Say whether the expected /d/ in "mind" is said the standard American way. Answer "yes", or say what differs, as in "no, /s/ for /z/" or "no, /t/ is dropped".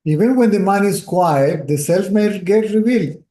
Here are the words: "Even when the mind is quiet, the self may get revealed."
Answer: no, /d/ is dropped